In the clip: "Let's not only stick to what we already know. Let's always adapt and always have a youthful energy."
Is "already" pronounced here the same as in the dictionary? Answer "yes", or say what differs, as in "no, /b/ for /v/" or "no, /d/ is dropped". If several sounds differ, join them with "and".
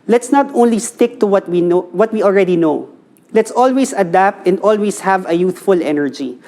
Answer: yes